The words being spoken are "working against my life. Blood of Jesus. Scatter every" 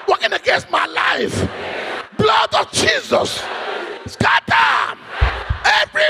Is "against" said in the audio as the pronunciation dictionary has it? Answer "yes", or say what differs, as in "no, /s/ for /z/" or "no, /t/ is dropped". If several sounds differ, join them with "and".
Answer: yes